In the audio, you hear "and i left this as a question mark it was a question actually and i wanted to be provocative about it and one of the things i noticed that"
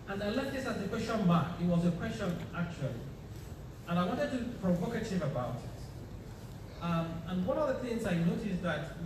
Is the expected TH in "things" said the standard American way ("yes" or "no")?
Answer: yes